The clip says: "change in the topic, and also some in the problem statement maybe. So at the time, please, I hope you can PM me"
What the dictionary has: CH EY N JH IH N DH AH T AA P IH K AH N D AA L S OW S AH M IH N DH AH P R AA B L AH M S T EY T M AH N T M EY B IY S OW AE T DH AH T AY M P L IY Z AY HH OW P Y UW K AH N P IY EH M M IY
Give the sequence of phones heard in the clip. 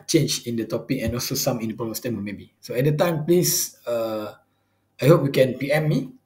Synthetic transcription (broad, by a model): CH EY N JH IH N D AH T AA P IH K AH N AA L S OW S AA M IH N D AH P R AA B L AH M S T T AH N M EY B IY S OW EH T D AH T AY M P L IY S AY HH OW P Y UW K AH N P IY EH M M IY